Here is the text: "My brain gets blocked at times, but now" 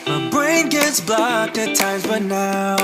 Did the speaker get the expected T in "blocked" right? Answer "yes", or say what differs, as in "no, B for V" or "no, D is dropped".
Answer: no, T is dropped